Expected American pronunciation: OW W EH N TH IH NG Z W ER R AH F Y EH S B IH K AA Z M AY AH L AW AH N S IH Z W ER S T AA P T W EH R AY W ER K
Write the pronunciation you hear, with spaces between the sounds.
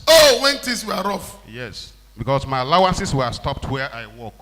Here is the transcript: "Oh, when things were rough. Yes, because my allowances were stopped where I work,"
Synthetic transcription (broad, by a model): OW W EH N T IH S W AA R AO F Y EH S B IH K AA S M AY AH L AW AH N S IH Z W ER S T AA P T W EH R AY W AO K